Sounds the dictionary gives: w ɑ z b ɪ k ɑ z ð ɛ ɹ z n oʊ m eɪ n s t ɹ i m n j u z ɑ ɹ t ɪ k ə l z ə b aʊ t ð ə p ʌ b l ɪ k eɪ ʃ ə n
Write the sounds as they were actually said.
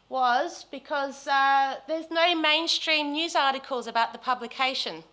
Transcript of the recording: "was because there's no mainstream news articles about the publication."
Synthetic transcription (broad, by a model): w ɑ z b ɪ k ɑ z ð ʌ z n oʊ m eɪ n s t ɹ i m n j u z ɑ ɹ t ɪ k ə l z ə b aʊ t ð ə p ʌ b l ɪ k eɪ ʃ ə n